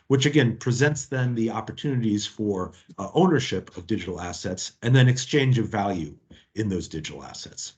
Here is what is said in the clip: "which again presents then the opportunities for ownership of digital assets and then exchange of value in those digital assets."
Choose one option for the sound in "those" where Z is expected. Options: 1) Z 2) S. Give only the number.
1